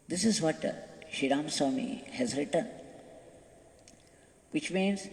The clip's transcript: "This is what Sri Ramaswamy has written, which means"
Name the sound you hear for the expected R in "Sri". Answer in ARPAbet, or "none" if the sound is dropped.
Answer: none